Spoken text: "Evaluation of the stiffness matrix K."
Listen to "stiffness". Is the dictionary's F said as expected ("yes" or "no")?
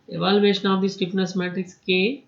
no